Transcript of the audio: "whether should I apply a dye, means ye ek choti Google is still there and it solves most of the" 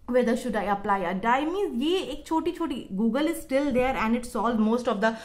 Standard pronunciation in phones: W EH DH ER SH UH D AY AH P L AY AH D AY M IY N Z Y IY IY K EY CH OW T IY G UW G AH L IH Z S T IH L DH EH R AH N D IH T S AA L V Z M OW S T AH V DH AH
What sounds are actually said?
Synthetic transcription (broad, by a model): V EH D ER SH UH D AY AH P L AY AH D AY M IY Z Y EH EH K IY CH OW T IY G UW G AH L IH Z S T IH L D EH R AH N D IH T S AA L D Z M OW S T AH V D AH